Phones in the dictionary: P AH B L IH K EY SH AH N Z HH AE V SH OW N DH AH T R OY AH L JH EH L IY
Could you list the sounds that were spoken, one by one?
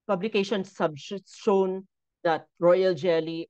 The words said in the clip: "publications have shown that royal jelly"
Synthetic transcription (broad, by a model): P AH B L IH K EY SH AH N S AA B SH OW N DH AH T R OY AH L JH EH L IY